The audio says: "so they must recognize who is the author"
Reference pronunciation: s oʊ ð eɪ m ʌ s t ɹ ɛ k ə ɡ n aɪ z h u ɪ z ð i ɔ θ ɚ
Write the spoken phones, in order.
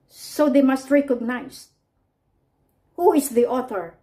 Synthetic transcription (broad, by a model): s oʊ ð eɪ m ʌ s t ɹ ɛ k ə ɡ n aɪ s h u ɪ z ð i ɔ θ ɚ